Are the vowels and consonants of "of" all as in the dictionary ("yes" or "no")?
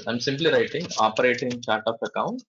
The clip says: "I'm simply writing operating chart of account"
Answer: no